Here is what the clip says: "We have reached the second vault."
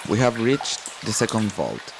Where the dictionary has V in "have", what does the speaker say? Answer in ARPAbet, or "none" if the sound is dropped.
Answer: V